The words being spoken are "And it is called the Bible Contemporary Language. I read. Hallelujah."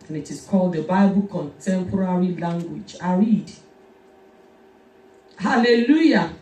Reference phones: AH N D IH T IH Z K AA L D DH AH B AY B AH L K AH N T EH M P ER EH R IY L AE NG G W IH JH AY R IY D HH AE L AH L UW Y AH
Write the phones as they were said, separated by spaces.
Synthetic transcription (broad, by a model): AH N IH T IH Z K AA L D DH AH B AY B AH L K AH N T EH M P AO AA R IY L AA NG G W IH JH AY R IY D HH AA L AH L UW Y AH